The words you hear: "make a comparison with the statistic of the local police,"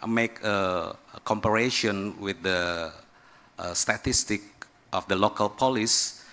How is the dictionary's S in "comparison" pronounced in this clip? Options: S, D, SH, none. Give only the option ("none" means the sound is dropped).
SH